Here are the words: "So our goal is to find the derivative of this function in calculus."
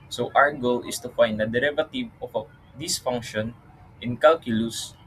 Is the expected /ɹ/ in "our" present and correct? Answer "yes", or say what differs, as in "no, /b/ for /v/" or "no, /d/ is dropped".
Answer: no, /w/ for /ɹ/